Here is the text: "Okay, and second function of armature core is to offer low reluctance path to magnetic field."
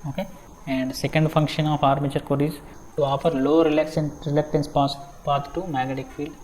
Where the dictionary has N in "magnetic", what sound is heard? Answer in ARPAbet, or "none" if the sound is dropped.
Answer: none